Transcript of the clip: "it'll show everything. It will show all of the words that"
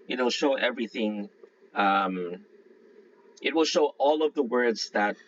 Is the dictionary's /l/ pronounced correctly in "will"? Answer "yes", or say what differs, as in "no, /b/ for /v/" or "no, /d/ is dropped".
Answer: yes